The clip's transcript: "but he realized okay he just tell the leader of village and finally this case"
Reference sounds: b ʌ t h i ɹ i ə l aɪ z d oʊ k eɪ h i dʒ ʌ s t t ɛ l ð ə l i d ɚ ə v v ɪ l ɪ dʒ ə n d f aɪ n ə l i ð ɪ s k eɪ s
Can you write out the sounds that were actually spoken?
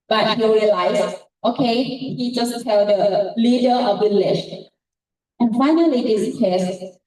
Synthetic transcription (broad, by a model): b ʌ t h i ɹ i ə l aɪ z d oʊ k eɪ h i dʒ ʌ s t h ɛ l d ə l i d ɚ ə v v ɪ l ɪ ʃ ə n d f aɪ n ə l i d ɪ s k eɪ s